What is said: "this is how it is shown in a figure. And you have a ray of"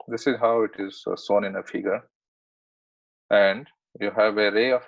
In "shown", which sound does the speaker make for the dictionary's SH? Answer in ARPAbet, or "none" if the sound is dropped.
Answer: S